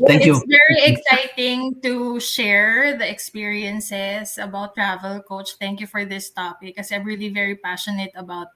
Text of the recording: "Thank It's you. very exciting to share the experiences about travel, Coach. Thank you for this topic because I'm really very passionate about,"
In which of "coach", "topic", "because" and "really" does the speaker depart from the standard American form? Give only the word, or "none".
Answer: because